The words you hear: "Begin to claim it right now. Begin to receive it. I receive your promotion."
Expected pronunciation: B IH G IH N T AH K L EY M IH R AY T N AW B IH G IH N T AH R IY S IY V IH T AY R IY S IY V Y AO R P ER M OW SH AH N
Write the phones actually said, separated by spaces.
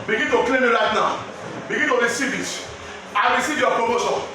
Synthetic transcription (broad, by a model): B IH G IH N T AH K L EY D IH L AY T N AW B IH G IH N T AH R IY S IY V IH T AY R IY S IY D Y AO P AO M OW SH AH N